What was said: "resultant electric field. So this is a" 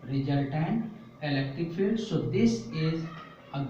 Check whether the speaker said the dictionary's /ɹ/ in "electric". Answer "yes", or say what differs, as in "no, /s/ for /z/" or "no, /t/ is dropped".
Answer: no, /ɹ/ is dropped